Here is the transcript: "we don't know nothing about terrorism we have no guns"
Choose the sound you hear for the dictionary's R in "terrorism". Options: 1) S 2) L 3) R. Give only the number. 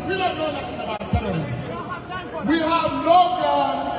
2